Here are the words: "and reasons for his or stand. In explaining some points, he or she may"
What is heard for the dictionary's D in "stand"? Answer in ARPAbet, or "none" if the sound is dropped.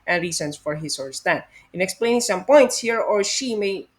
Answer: none